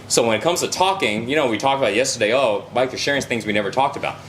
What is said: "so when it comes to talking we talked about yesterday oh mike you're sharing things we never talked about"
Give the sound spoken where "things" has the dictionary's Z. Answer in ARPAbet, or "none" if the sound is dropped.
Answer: Z